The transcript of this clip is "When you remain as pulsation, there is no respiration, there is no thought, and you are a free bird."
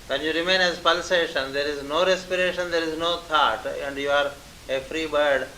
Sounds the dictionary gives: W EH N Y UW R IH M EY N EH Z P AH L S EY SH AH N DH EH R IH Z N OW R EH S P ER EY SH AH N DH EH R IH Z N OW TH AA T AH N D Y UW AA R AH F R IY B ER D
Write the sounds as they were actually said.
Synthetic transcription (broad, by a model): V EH N Y UW R IH M EY N EH Z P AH L S EY SH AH N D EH R IH Z N OW R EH S P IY EY SH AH N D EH R IH Z N OW T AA T AH N D Y UW AA R AH F R IY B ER D